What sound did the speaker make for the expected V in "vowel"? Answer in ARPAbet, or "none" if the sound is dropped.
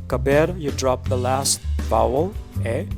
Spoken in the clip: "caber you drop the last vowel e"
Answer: B